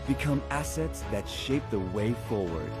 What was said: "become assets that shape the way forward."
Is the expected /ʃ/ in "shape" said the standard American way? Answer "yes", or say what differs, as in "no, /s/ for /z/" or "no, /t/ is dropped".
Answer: yes